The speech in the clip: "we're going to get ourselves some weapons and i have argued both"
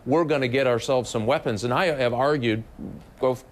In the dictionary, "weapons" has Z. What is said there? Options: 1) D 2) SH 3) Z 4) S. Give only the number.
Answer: 3